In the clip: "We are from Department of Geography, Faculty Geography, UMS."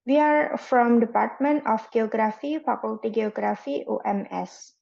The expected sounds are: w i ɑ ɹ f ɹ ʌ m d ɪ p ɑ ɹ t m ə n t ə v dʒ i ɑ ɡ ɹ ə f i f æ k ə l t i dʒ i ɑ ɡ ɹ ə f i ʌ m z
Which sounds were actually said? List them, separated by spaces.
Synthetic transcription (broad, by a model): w i ɑ ɹ f ɹ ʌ m d ɪ p ɑ ɹ t m ə n t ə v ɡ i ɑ ɡ ɹ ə f i p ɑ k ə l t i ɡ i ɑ ɡ ɹ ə f i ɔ m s